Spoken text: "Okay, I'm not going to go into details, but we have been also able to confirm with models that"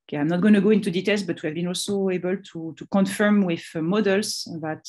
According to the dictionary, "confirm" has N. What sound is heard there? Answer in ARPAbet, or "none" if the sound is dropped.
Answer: N